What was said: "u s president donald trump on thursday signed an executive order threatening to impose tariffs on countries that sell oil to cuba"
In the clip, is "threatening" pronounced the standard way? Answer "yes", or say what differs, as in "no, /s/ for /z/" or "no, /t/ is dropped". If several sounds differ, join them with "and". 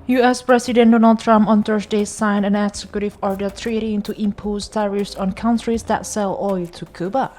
no, /t/ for /θ/ and /n/ is dropped